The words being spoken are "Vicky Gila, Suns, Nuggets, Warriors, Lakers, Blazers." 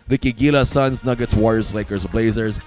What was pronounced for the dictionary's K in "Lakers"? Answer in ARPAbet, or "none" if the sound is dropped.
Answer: K